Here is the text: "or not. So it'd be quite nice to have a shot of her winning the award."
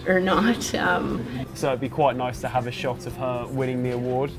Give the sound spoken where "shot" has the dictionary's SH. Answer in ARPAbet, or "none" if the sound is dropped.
SH